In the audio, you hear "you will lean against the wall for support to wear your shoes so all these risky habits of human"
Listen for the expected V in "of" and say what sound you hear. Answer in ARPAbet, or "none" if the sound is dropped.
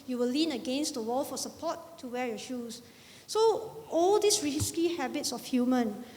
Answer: F